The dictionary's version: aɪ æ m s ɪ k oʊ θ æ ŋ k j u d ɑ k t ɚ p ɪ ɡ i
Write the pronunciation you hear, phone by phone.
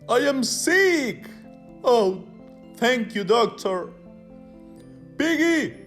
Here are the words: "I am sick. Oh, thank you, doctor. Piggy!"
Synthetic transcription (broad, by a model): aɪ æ m s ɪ k oʊ t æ ŋ k j u d ɑ k t ɚ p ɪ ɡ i